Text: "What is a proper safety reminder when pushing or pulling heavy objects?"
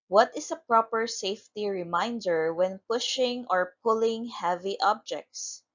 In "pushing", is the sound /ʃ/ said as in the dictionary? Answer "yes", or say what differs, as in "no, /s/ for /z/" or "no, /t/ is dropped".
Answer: yes